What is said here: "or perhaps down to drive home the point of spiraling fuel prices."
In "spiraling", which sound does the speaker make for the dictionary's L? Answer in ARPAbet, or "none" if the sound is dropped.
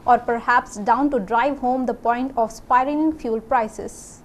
none